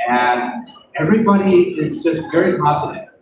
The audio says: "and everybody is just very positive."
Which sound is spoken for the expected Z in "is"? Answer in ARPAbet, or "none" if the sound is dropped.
Z